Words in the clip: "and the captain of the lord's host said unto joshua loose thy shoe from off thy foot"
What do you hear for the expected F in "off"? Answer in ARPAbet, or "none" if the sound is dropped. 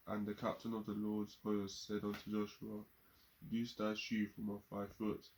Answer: F